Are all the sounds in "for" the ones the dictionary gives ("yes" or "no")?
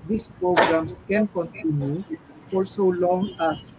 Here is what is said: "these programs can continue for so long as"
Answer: no